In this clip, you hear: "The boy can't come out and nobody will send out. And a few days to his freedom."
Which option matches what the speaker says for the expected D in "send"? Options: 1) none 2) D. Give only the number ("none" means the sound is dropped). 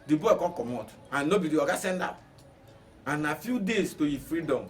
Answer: 2